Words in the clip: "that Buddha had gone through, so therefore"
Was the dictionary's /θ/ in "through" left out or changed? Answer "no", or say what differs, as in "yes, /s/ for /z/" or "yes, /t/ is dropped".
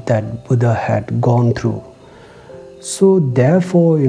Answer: yes, /t/ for /θ/